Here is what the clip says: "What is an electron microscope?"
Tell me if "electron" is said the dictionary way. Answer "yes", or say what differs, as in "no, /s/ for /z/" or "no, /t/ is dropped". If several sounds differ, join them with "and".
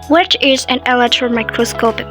no, /k/ is dropped